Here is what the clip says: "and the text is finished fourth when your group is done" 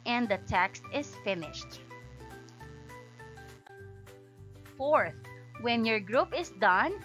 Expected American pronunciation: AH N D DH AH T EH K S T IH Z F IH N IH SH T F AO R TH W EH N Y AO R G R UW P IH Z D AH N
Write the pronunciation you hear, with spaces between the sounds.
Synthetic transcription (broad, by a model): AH N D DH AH T EH K S T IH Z F IH N IH SH T F AO R TH W EH N Y AO R G R UW P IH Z D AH N